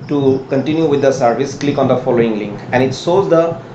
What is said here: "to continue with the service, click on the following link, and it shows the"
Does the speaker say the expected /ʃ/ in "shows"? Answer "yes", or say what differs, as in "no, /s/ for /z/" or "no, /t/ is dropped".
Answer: no, /s/ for /ʃ/